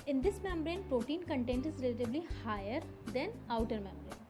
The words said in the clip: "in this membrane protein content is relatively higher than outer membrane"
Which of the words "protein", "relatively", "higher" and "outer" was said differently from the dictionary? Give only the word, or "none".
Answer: relatively